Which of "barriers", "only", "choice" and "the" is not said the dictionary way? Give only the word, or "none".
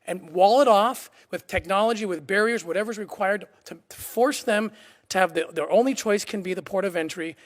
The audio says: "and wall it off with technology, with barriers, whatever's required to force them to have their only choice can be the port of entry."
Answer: none